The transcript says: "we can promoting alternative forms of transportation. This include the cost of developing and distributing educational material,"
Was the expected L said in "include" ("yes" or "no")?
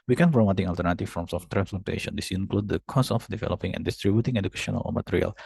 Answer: yes